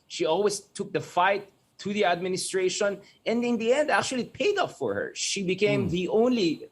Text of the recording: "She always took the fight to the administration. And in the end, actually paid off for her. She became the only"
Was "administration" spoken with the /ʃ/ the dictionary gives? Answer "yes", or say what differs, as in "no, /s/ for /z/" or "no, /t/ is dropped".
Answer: yes